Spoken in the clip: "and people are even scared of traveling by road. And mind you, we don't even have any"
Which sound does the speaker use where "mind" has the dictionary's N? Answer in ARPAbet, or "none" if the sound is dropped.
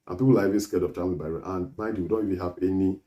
none